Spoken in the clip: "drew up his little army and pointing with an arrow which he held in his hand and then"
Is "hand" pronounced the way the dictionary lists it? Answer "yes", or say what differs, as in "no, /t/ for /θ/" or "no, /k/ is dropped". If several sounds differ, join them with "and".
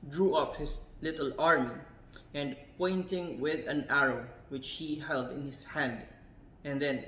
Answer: yes